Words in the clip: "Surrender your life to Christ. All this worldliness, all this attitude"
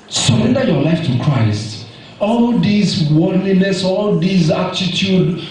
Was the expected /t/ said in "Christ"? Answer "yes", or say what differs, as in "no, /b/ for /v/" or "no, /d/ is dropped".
yes